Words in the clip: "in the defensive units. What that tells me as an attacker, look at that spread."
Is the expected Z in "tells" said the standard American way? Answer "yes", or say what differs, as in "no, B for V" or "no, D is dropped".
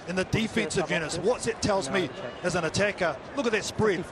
yes